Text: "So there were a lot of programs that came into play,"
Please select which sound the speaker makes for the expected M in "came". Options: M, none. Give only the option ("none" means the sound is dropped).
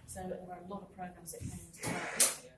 none